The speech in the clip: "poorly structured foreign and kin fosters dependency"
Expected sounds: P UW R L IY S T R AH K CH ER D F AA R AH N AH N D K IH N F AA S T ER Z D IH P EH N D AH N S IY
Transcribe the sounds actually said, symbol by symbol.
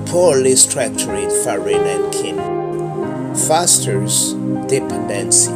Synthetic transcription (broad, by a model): P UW L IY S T R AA K CH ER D F AA R AH N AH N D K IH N F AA S T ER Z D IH P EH N D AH N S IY